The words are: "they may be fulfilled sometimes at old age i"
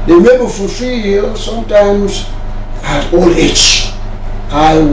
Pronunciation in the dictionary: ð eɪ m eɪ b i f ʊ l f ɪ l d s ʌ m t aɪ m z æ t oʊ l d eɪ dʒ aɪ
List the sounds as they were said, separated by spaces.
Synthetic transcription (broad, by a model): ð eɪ m eɪ b i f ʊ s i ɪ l s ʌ m t aɪ m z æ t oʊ l eɪ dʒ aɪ